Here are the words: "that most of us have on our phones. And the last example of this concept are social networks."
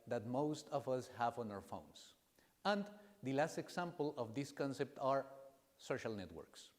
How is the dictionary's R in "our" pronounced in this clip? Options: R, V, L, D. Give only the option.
R